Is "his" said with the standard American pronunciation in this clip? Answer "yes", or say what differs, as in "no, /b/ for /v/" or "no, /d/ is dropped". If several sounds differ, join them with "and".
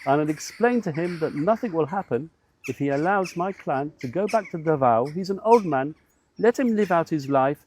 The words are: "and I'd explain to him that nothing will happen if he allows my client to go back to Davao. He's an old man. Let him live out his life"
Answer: yes